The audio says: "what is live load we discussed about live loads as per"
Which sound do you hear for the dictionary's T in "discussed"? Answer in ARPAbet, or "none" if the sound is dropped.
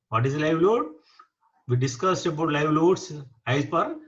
T